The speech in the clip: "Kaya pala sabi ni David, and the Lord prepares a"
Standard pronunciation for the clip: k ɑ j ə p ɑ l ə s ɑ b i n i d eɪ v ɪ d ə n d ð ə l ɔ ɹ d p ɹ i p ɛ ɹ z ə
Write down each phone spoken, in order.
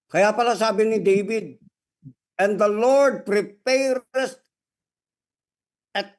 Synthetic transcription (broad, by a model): k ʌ j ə p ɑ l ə s ɑ b i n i d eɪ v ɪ d ə n d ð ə l ɔ ɹ d p ɹ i p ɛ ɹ s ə